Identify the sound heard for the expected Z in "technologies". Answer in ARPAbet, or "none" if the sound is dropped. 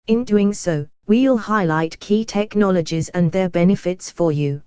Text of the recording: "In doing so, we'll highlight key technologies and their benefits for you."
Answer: Z